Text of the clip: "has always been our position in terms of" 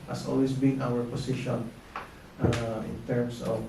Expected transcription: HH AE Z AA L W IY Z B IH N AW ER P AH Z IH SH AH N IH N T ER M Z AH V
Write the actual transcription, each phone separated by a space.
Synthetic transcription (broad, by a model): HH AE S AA L W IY S B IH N AW ER P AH S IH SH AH N IH N T ER M S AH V